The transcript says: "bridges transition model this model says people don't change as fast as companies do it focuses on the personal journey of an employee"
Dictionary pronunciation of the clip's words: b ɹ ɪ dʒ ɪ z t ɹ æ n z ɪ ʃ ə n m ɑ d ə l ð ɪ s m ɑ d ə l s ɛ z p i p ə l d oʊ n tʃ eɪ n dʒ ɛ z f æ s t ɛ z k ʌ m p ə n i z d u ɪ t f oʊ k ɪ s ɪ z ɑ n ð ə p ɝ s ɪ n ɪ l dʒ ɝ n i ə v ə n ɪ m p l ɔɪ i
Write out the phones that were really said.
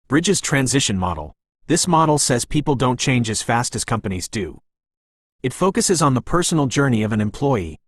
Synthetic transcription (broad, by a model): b ɹ ɪ dʒ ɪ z t ɹ æ n z ɪ ʃ ə n m ɑ d l ð ɪ s m ɑ d l s ɛ z p i p l d oʊ n tʃ eɪ n dʒ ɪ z f æ s t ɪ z k ʌ m p ə n i z d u ɪ t f oʊ k ɪ s ɪ z n ð ə p ɝ s n l dʒ ɝ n i ə v ə n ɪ m p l ɔɪ i